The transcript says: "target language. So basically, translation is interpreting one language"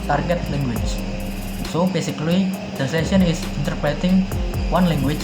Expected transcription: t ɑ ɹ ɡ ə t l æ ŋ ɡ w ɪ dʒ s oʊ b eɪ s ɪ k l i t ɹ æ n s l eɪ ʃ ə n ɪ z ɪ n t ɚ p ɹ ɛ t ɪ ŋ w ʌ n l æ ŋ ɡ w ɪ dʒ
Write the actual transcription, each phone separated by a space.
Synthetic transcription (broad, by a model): t ɑ ɹ ɡ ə t l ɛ ŋ ɡ w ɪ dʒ s oʊ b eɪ s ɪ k l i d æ s eɪ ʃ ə n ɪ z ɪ n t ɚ p ɹ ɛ t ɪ ŋ w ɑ n l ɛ ŋ ɡ w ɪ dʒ